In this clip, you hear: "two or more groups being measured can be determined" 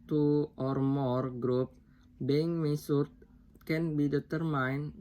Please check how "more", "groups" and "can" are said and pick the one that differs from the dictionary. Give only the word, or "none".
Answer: groups